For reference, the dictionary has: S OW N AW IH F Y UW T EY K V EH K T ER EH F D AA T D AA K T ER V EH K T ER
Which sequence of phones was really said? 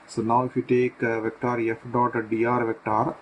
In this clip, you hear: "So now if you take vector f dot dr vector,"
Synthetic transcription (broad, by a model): S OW N AW IH F Y UW T EY K V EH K T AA EH F D AA T D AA T V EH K T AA